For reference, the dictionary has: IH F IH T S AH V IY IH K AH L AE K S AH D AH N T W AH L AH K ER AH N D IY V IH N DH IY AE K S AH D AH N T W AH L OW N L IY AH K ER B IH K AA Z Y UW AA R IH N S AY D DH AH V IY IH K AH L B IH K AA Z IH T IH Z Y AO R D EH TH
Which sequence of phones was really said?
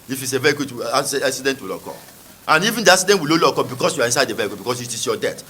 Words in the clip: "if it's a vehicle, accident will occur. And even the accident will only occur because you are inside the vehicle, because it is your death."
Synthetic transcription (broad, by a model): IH F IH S AH V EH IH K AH W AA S S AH D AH N T W AH L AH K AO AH N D IY V IH N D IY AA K S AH D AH N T W AH L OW L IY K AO B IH K AA S Y UW AA R IH N S AY D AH V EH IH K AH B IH K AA S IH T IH S Y AO D EH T